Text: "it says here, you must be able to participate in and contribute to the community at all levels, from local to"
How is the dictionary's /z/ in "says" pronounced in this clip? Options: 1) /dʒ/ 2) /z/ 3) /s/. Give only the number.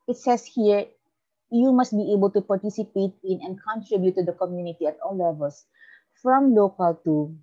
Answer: 3